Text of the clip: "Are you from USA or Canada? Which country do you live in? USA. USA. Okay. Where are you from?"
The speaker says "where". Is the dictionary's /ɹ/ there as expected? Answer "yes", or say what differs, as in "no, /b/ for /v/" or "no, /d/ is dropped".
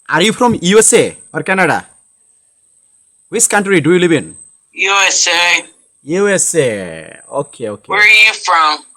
no, /w/ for /ɹ/